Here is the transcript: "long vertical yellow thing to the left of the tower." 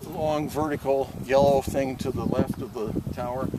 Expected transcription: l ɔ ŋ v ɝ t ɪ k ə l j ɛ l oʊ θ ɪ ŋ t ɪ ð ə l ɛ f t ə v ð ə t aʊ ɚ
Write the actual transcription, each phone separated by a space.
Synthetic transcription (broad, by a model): l ɔ ŋ v ɝ t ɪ k l j ɛ l oʊ θ ɪ ŋ t ɪ ð ə l ɛ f t ə v ð ə t aʊ ɚ